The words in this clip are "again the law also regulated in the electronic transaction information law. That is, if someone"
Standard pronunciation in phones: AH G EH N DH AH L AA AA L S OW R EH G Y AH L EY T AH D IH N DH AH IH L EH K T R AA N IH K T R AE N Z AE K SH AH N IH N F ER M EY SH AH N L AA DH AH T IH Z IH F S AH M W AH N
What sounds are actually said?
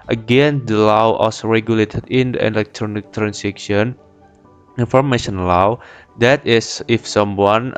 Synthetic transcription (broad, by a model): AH G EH N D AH L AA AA S R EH G Y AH L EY T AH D IH N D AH IH L EH K T R AA N IH K T R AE N S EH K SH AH N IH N F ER M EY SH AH N L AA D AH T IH S IH F S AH M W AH N